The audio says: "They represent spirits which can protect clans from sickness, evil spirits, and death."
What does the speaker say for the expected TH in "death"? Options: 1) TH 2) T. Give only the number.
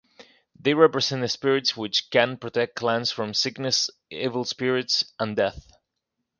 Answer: 1